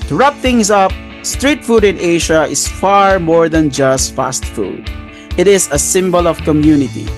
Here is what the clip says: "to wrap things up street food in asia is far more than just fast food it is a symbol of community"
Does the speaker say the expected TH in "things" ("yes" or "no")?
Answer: no